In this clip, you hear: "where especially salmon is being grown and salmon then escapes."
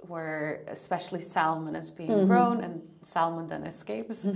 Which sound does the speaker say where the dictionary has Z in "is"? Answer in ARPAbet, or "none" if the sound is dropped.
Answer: Z